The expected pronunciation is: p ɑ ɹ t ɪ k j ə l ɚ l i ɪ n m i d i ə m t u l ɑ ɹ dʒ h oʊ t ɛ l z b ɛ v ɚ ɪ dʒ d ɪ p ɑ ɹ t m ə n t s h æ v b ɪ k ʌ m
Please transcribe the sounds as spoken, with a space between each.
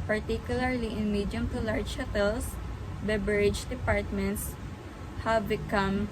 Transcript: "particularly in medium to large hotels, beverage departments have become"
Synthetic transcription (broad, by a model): p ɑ ɹ t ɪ k j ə l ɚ l i ɪ n m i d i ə m t u l ɑ ɹ dʒ h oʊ t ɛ l s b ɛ b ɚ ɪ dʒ d ɪ p ɑ ɹ t m ə n t s h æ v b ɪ k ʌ m